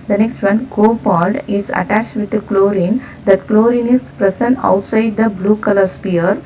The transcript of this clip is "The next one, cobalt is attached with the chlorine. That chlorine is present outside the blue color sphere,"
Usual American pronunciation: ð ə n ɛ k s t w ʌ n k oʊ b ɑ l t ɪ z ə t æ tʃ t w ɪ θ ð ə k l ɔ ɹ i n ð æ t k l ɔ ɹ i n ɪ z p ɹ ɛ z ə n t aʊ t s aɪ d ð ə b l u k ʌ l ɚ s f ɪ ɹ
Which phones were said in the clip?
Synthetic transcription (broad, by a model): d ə n ɛ k s t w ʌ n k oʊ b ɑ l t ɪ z ə t æ tʃ t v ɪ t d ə k l ɔ ɹ i n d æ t k l ɔ ɹ i n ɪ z p ɹ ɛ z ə n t aʊ t s aɪ d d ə b l u k ʌ l ɚ s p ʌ ɹ